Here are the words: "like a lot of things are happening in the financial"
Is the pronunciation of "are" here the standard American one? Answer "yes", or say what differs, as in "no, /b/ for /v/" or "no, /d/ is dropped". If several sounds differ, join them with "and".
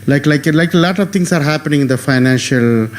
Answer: yes